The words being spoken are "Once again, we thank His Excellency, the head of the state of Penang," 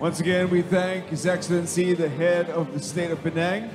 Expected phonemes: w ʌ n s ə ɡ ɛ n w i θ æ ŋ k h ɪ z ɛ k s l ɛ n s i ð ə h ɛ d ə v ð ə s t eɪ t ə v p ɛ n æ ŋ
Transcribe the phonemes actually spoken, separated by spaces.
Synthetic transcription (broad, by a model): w ʌ n s ə ɡ ɛ n w i θ æ ŋ k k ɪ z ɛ k s l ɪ n s i ð ə h ɛ d ə v ð ə s t eɪ t ə v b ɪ n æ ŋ